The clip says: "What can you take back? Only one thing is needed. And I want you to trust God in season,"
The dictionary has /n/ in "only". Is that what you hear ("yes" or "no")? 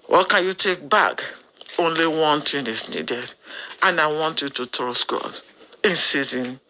yes